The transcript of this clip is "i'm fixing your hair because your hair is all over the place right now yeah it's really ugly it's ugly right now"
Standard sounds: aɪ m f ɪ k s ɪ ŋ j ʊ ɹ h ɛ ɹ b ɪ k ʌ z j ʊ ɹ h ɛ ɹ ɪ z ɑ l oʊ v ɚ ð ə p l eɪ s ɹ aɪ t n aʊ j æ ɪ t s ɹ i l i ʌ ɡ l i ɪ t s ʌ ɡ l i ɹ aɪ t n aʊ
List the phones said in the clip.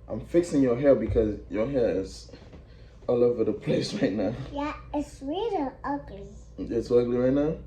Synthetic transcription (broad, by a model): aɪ m f ɪ k s ɪ ŋ j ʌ h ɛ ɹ b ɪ k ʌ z j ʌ h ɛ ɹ ɪ z ɑ l oʊ v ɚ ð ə p l eɪ s ɹ aɪ t n aʊ j æ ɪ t s w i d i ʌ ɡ l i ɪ t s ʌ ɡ l i ɹ aɪ t n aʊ